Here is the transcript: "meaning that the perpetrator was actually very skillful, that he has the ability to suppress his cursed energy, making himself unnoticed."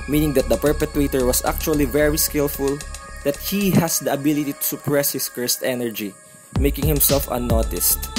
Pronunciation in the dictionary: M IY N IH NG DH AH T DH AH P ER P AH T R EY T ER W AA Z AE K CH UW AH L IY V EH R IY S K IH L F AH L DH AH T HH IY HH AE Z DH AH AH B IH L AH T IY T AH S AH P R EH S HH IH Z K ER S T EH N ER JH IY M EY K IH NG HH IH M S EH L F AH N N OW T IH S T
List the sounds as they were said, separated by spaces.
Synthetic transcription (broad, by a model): M IY N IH NG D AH T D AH P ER P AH T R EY T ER W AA S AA K CH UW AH L IY V EH R IY S K IH L F AH L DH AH T HH IY HH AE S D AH AH B IH L AH T IY T AH S AH P R EH S HH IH S K ER S T EH N ER JH IY M EY K IH NG HH IH M S EH L F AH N N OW T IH S T